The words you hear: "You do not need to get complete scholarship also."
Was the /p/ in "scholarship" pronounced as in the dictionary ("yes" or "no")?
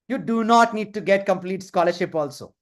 yes